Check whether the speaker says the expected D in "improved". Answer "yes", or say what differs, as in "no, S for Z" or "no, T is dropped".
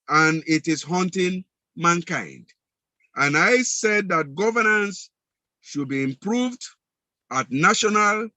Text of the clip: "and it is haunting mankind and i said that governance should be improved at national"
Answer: yes